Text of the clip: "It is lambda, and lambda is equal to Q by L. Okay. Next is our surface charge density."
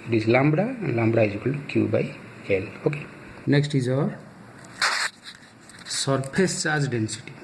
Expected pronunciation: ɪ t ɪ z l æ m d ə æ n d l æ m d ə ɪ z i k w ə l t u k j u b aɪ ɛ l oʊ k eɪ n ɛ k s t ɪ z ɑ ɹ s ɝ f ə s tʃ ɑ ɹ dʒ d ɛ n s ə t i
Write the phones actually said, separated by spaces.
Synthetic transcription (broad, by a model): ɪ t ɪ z l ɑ m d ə l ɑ m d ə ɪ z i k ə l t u k j u b aɪ ɛ l oʊ k eɪ n ɛ k s t ɪ z ɑ ɹ s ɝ p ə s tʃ ɑ ɹ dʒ d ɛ n s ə t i